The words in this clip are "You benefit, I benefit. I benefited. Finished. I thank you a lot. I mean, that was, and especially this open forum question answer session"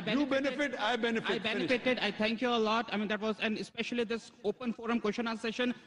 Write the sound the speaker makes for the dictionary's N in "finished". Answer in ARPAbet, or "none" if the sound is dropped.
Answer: none